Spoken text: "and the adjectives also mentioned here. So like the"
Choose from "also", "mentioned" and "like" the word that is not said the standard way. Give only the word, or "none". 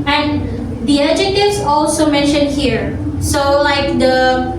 none